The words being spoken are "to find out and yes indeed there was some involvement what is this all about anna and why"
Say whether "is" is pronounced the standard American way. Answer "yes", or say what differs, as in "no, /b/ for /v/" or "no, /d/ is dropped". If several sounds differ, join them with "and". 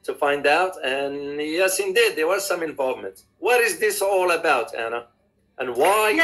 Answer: yes